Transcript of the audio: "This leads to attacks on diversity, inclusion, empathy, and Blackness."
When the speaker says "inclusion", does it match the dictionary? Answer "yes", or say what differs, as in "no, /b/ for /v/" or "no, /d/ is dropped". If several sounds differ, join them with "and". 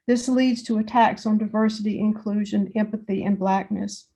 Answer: yes